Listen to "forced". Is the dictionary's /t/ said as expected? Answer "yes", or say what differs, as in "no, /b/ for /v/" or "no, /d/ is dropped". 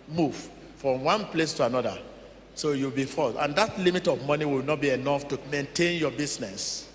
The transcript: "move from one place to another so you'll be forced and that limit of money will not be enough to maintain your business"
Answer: no, /t/ is dropped